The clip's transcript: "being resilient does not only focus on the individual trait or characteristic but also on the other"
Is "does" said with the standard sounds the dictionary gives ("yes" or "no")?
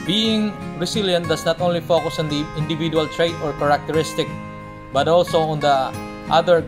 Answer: no